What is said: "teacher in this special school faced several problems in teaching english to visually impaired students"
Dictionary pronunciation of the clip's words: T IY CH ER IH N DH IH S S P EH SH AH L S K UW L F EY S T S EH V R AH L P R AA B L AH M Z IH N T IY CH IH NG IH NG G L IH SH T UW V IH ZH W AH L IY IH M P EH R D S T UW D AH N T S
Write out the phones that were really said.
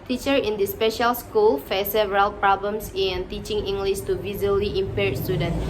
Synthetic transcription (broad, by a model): T IY CH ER IH N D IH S S P EH SH AH L S K UW L F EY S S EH R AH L P R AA B L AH M S IH N T IY CH IH NG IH NG G L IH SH T UW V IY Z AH L IY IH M P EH R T S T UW D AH N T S